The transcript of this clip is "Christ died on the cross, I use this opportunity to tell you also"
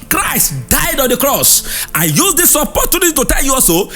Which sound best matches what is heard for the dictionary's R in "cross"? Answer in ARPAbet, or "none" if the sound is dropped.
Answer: R